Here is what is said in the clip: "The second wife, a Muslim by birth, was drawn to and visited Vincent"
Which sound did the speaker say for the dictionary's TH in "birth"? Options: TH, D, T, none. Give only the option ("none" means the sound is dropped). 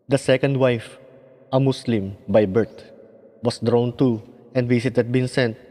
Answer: T